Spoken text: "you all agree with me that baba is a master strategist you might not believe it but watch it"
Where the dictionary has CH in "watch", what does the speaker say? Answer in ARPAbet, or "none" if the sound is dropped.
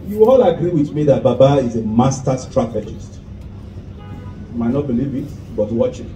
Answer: CH